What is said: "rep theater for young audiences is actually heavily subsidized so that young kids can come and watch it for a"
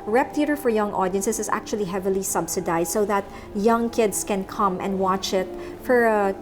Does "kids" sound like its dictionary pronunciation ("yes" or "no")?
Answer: no